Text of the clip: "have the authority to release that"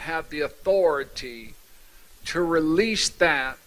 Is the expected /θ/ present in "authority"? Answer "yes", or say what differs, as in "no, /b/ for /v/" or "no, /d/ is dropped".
yes